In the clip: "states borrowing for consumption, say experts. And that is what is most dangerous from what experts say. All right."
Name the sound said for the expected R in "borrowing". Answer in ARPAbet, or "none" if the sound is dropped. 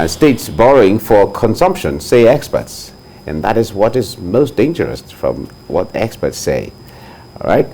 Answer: R